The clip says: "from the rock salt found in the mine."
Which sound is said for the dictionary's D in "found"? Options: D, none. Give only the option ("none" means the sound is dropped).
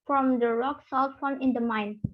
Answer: none